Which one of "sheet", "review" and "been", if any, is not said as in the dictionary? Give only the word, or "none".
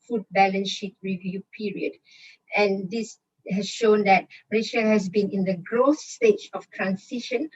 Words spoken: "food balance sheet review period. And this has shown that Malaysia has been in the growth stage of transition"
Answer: none